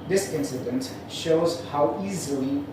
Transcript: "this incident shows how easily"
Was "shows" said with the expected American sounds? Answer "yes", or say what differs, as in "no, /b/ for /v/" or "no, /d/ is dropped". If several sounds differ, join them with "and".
yes